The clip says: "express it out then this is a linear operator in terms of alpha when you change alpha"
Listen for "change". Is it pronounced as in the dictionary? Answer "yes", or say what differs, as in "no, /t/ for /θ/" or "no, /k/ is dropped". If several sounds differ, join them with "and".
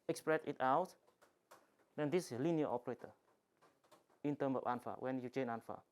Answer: no, /dʒ/ is dropped